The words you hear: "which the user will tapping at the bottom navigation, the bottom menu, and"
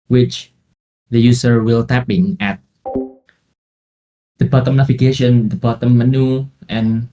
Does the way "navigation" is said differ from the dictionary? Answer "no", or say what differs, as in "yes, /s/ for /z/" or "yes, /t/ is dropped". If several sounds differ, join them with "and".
yes, /f/ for /v/